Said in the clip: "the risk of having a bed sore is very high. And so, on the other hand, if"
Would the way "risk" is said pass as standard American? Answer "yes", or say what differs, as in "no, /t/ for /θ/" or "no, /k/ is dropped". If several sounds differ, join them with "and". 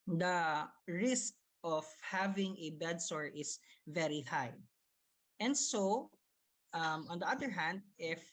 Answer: yes